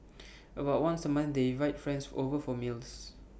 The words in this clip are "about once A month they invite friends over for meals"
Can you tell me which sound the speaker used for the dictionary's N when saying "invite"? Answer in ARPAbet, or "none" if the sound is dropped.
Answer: none